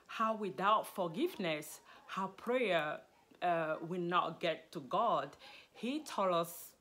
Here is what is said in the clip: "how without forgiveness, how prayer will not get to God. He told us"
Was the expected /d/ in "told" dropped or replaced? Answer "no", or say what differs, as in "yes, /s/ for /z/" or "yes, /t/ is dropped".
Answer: yes, /d/ is dropped